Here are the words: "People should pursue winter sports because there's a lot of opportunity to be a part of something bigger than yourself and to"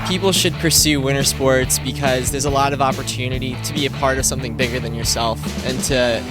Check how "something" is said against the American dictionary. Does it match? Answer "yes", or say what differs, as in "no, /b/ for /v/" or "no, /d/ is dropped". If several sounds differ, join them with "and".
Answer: yes